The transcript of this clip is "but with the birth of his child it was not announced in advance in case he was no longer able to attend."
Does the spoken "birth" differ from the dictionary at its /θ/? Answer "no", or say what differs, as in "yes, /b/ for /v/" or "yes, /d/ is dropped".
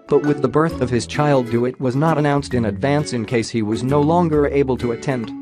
no